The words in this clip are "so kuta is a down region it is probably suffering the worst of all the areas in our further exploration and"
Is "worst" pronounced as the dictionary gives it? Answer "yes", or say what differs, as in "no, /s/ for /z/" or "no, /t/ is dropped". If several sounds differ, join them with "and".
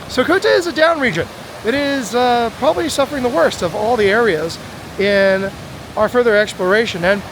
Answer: yes